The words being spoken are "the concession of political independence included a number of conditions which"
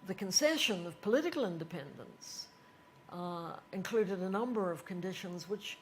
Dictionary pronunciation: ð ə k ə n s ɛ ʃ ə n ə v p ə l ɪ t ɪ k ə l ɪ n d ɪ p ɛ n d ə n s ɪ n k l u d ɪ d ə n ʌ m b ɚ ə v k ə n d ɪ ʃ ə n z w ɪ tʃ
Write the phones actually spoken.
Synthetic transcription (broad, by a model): ð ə k ə n s ɛ ʃ ə n ə v p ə l ɪ t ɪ k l ɪ n d ɪ p ɛ n d ə n s ɪ n k l u d ɪ d ə n ʌ m b ɚ ə v k ə n d ɪ ʃ ə n z w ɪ tʃ